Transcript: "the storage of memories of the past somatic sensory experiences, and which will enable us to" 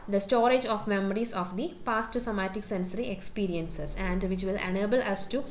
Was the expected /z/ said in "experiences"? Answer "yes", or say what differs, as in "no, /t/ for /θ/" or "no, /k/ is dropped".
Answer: no, /s/ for /z/